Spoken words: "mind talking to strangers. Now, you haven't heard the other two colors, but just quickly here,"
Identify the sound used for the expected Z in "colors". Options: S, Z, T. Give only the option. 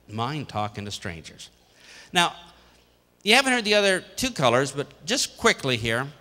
Z